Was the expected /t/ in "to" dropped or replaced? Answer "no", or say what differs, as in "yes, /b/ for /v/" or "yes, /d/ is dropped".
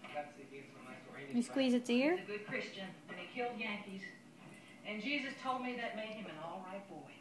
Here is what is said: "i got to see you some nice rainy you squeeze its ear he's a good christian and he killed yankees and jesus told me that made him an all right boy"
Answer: yes, /s/ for /t/